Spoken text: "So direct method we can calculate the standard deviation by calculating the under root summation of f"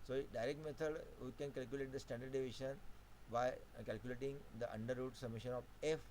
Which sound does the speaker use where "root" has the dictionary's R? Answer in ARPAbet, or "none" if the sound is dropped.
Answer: R